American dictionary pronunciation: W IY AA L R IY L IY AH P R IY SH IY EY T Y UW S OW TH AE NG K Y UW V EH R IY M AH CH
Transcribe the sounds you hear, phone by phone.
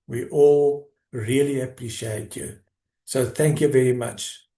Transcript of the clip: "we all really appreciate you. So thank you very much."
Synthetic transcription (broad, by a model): W IY AA L R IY L IY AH P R IY SH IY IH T Y UW S OW TH AE NG K Y UW V EH R IY M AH CH